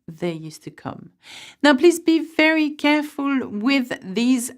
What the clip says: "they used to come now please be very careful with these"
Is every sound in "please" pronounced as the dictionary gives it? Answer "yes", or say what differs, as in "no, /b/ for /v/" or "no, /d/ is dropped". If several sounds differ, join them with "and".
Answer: yes